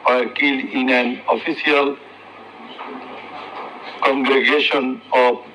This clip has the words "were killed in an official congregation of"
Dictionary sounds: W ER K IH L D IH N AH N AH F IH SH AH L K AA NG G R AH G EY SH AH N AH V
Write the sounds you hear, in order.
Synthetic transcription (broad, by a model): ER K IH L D IH N AH N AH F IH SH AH L K AA NG G R AH G EY SH AH N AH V